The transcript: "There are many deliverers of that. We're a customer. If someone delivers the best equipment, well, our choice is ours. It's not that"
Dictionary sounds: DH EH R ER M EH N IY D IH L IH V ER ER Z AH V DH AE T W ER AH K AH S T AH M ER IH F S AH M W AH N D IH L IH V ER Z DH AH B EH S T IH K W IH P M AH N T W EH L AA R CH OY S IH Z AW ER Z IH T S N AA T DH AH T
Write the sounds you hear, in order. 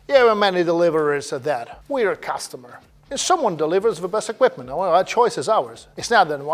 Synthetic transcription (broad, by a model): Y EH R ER M EH N IY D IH L IH V ER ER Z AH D DH AE T W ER AH K AH S T AH M ER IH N S AH M W AH N D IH L IH V ER Z DH AH B EH S T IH K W IH P M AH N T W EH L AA CH OY S IH Z AW ER Z IH T S N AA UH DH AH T